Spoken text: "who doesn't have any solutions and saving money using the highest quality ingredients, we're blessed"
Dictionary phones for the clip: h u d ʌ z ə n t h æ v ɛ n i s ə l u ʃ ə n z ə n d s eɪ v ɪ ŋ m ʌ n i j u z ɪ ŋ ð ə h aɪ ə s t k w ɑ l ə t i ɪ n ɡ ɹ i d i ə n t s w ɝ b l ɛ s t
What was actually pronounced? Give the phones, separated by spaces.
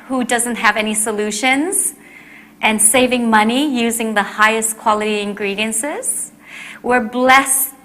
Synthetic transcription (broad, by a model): h u d ʌ z ə n t h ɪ v ɛ n i s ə l u ʃ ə n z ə n s eɪ v ɪ ŋ m ʌ n i j u z ɪ ŋ ð ə h aɪ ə s k w ɑ l ə t i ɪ n ɡ ɹ i d i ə n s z w ɝ b l ɛ s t